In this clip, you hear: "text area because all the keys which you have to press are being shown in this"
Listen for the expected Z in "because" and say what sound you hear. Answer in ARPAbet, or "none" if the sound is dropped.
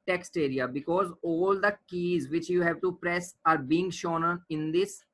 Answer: Z